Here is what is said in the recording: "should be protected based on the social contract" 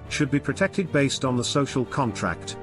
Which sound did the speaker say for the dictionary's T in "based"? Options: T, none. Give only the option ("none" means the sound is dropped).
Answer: T